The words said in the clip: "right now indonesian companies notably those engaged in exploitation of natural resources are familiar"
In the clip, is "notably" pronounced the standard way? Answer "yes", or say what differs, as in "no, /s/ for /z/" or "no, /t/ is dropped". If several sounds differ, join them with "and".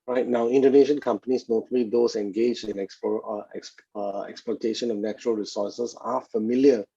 no, /b/ is dropped